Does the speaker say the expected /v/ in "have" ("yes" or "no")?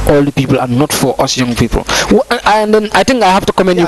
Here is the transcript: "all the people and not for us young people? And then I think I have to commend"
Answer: no